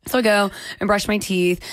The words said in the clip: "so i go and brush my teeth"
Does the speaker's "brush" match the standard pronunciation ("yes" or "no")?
yes